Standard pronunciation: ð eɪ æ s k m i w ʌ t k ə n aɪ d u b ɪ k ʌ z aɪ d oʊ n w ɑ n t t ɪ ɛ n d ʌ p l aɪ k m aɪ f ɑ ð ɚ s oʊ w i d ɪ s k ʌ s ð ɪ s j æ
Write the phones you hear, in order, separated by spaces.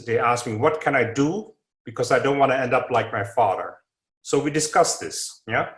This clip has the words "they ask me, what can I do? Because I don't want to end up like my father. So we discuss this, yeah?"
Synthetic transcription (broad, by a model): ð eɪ æ s k m i w ʌ t k ə n aɪ d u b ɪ k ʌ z aɪ d oʊ n w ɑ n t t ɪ ɛ n d ʌ p l aɪ k m aɪ f ɑ ð ɚ s oʊ w i d ɪ s k ʌ s ð ɪ s j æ